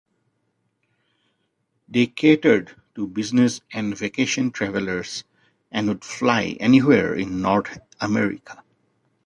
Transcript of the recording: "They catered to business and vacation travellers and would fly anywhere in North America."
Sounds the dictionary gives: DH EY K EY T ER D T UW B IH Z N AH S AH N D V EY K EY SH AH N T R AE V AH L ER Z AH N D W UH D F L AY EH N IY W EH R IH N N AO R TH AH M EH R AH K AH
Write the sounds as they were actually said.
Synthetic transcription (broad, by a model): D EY K EY T ER D T UW B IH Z N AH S AH N D V EY K EY SH AH N T R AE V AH L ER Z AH N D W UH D F L AY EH N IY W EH R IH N N AO R T AH M EH R AH K AH